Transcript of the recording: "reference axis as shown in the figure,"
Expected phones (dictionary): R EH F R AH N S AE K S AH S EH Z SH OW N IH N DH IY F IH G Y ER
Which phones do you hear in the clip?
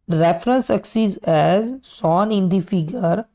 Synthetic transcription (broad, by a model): R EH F R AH N S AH K S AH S EH Z S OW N IH N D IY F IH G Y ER